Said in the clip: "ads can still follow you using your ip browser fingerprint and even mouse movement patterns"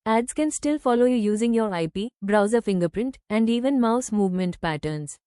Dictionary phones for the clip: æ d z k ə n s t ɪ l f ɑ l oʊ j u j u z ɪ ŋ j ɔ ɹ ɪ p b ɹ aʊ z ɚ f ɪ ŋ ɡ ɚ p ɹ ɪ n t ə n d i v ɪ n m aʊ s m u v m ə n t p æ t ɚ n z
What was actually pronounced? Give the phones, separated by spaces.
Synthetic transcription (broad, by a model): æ d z k ə n s t ɪ l f ɑ l oʊ j u j u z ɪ ŋ j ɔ ɹ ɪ p b ɹ aʊ z ɚ f ɪ ŋ ɡ ɚ p ɹ ɪ n t ə n d i v ɪ n m aʊ s m u v m ə n t p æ t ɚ n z